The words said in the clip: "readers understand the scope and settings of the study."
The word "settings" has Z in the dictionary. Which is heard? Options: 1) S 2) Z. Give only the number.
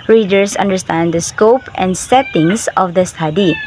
1